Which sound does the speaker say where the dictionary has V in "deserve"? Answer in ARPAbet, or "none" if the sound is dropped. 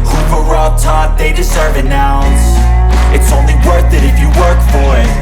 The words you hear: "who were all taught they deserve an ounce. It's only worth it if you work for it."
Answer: V